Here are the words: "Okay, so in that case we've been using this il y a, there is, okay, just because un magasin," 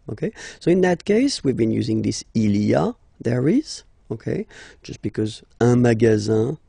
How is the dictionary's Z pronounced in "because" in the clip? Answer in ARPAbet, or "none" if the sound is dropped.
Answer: Z